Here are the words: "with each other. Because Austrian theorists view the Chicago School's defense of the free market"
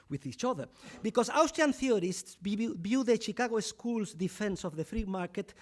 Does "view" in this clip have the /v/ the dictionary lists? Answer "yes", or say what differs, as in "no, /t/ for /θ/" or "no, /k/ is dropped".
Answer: no, /b/ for /v/